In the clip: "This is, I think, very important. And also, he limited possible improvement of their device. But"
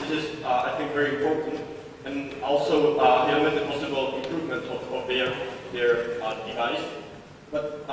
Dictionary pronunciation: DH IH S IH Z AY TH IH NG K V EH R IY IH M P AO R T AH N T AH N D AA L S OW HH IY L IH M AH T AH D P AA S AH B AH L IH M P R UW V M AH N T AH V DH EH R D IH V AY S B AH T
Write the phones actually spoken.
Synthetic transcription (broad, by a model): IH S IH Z AY TH IH NG K V EH R IY IH M P AO R T AH N T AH N AA L S OW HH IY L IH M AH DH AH P AA S AH B AH L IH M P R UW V M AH N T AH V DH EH R D IH V AY S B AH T